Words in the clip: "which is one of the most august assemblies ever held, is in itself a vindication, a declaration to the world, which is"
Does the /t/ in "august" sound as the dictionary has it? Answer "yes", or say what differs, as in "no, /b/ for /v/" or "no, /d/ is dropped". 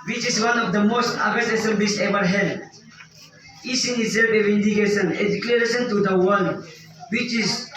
no, /t/ is dropped